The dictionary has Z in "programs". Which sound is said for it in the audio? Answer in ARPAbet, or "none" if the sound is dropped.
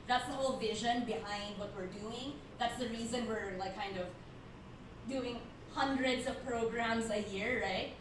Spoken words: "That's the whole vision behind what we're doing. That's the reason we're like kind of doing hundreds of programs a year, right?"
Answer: Z